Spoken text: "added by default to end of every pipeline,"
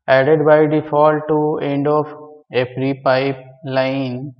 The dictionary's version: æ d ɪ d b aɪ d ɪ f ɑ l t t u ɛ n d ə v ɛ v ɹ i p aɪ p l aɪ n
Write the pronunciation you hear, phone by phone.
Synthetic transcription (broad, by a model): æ d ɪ d b aɪ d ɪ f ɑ l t t u ɛ n d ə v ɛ p ɹ i p aɪ p l aɪ n